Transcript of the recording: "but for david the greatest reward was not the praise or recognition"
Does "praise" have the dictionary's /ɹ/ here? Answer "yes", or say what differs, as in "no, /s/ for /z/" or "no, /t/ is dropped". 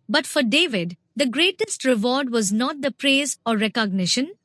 yes